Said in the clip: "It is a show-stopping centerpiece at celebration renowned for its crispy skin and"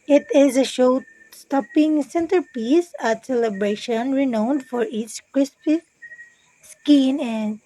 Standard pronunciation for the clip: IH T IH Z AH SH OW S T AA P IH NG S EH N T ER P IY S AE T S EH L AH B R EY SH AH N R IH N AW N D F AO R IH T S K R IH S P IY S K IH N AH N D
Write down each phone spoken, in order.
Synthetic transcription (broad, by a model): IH T IH Z AH SH OW S T AA P IH NG S EH N T ER P IY S AE T S EH L AH B R EY SH AH N R IH N AW N D F AO R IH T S K R IH S P IY S K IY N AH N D